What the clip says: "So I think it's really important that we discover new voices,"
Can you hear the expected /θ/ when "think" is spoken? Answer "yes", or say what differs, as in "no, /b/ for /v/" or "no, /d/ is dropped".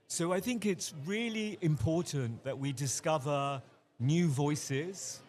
yes